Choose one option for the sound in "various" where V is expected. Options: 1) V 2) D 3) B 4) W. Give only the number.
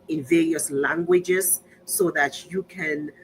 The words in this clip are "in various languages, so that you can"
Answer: 1